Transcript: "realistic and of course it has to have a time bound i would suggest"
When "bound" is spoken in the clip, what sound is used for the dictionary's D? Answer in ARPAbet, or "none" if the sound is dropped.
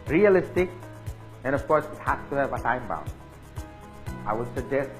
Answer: none